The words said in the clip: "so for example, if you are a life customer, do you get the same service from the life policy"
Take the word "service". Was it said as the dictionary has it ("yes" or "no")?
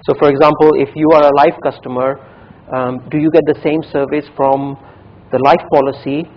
yes